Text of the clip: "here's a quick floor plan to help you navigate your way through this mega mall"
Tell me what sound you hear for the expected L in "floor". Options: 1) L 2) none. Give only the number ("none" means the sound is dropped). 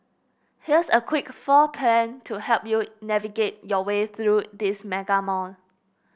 2